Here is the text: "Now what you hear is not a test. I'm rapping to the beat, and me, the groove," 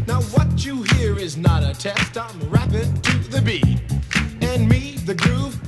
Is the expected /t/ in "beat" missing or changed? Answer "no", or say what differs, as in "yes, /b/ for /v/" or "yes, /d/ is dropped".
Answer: yes, /t/ is dropped